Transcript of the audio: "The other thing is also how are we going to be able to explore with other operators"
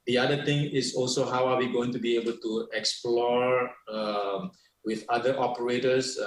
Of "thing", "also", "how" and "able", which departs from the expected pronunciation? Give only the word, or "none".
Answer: thing